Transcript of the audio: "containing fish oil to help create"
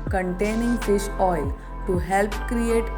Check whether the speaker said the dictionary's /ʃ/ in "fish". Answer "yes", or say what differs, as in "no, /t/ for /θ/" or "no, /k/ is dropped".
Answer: no, /s/ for /ʃ/